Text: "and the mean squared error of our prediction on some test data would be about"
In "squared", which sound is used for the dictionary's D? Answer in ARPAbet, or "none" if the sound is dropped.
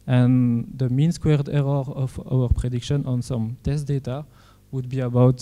D